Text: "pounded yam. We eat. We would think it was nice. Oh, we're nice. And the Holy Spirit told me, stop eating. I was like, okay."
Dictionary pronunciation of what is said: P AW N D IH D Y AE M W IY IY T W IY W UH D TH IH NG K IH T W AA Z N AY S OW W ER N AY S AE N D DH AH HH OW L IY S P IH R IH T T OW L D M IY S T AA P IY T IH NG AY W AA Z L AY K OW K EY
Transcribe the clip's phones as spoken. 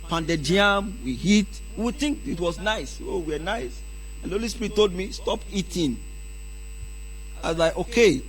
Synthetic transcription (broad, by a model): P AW N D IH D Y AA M W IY IY T W IY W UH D TH IH NG K IH T W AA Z N AY S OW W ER N AY S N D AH HH OW L IY S P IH R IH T T OW L D M IY S T AA P IY T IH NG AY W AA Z L AY K OW K EY